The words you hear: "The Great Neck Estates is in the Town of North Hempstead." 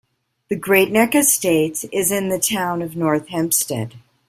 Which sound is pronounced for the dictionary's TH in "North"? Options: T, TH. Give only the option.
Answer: TH